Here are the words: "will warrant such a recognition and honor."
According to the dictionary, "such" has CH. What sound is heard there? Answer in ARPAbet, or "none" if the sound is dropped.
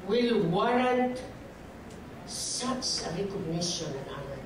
S